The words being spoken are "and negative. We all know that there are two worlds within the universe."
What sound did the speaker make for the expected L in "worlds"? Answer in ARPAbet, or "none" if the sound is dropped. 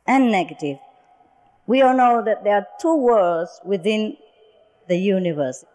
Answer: none